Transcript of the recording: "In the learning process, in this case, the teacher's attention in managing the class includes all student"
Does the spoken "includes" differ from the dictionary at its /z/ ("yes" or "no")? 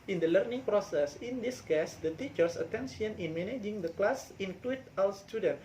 yes